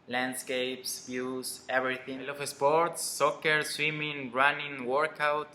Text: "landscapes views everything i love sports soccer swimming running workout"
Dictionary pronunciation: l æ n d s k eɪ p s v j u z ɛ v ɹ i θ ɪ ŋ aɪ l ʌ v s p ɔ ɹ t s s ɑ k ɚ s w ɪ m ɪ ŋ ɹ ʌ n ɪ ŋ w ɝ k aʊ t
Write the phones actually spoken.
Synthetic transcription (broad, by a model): l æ n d s k eɪ p s b j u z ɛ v ɹ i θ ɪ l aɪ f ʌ s p ɔ ɹ t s s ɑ k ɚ s w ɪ m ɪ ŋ ɹ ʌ n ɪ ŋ w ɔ k aʊ t